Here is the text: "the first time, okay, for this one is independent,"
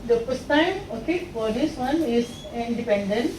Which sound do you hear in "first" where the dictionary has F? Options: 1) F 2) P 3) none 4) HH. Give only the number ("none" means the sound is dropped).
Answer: 2